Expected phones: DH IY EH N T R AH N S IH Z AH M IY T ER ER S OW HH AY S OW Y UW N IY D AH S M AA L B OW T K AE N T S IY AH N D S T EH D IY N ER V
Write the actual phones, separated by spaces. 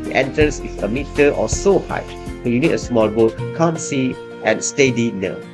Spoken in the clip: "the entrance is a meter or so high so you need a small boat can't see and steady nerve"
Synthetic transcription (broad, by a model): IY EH N T AH S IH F AH M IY T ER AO S OW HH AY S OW Y UW N IY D AH S M AA L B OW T K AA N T S IY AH N S T EH D IY N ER